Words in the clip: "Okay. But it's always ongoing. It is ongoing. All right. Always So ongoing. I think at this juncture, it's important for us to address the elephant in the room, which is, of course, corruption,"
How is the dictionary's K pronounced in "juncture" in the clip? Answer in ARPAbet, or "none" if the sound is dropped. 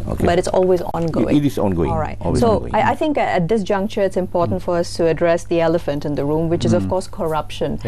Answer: K